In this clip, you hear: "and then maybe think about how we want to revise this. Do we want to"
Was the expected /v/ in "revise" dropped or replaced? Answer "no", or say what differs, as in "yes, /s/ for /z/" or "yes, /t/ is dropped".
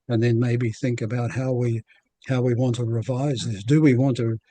no